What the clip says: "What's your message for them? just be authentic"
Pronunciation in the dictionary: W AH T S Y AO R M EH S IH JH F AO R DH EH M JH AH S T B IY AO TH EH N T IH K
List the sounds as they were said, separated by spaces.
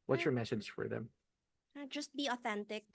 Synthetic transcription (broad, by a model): W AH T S Y AO R M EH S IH Z F AO R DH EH M JH AH S T B IY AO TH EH N T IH K